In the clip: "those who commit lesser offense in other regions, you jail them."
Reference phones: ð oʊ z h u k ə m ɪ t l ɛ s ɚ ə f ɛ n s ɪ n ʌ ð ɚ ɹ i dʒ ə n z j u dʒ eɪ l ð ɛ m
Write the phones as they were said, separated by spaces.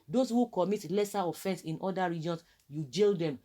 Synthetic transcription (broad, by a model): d oʊ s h u k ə m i t l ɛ s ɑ ə f ɛ n s ɪ n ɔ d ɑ ɹ i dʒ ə n s j u dʒ eɪ l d ɛ m